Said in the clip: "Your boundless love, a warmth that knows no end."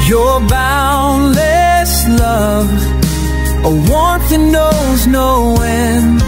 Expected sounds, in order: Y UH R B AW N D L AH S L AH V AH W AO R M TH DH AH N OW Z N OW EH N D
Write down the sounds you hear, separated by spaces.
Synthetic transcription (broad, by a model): Y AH R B AW N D L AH S L AH V AH W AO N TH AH N OW Z N OW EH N